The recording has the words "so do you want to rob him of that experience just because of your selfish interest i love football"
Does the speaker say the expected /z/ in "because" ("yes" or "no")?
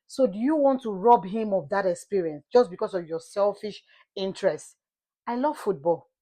no